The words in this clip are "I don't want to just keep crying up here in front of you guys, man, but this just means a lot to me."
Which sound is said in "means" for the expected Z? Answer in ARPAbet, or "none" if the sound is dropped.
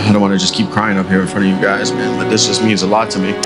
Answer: Z